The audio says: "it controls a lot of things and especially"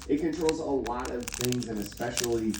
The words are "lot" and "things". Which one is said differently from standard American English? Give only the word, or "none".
none